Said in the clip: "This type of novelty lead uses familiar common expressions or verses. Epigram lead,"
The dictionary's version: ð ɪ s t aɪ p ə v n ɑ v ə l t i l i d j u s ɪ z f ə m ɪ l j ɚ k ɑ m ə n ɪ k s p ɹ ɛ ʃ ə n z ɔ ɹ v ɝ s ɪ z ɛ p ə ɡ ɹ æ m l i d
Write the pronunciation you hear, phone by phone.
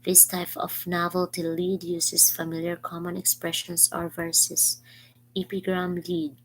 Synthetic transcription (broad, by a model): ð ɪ s t aɪ p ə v n ɑ v ə l t i l i d j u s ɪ s f ə m ɪ l j ɚ k ɑ m ə n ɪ k s p ɹ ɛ ʃ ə n s ɔ ɹ v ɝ s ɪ s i p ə ɡ ɹ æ m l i d